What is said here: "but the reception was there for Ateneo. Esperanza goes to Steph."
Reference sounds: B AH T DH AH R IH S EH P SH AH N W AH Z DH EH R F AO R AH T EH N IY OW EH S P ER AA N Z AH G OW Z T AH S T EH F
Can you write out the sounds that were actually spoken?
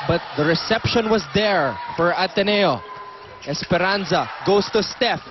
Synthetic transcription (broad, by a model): B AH T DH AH R IH S EH P SH AH N W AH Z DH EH R F AO R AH T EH N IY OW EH S P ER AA N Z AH G OW S T AH S T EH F